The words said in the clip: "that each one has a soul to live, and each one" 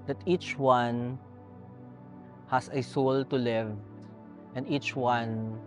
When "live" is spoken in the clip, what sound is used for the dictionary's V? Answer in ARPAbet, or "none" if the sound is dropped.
V